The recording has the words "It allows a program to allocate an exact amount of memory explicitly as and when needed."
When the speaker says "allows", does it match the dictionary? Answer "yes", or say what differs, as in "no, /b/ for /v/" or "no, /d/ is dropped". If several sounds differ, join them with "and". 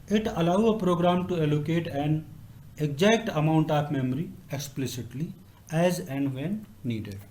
no, /z/ is dropped